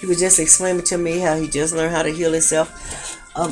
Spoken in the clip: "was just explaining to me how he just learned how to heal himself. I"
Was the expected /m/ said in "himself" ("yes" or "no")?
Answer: no